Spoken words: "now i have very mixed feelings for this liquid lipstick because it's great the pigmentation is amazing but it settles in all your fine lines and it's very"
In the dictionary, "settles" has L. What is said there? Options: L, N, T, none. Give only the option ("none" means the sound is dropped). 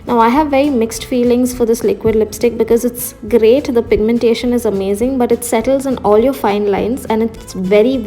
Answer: L